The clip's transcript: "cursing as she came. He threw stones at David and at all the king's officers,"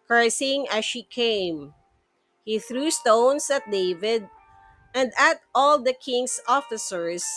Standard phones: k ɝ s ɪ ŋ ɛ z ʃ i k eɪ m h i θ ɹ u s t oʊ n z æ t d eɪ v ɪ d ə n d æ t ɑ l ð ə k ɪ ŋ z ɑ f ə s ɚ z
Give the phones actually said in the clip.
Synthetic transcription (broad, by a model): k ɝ s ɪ ŋ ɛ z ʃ i k eɪ m h i θ ɹ u s t oʊ n s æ t d eɪ v ɪ d ə n d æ t ɑ l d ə k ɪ ŋ s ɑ f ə s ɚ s